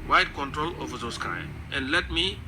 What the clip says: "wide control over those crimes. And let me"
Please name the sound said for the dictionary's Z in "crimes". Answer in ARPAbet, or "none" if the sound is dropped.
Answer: none